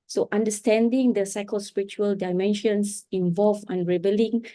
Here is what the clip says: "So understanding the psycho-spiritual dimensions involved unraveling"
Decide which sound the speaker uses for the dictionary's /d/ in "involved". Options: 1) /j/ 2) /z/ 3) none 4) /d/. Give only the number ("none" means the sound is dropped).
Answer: 3